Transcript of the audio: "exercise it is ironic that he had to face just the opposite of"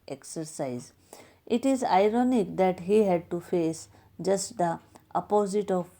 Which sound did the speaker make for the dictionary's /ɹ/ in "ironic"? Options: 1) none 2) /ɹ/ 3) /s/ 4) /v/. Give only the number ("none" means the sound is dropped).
2